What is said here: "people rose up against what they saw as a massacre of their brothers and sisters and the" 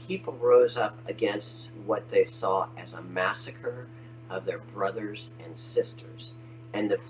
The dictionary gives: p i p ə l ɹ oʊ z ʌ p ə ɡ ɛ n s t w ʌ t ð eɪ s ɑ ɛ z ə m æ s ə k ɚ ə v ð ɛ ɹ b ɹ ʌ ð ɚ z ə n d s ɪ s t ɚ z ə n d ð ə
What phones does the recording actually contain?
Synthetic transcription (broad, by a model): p i p l ɹ oʊ z ʌ p ə ɡ ɛ n s t w ʌ t ð eɪ s ɑ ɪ z ə m æ s ə k ɚ ə v ð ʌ ɹ b ɹ ʌ ð ɚ z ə n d s ɪ s t ɚ z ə n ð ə